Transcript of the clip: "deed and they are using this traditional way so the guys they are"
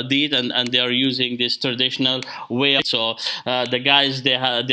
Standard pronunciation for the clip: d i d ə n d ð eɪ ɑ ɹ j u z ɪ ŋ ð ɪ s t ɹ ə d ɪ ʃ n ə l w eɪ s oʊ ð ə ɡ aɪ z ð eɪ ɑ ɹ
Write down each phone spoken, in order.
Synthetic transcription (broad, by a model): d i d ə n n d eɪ ɑ ɹ j u z ɪ ŋ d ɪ s t ɹ ə d ɪ ʃ n ə l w eɪ s oʊ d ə ɡ aɪ z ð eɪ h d